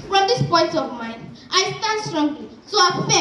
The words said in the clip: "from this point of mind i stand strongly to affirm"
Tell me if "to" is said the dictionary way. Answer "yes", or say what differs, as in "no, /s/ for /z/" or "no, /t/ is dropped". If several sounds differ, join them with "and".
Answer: no, /s/ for /t/